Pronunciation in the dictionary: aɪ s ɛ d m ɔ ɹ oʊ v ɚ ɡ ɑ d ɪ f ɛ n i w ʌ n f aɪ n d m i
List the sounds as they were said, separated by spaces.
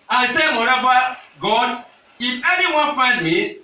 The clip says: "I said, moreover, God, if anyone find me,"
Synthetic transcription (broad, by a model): aɪ s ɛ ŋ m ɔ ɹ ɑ b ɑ ɡ ɑ d ɪ f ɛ n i w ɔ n f aɪ n d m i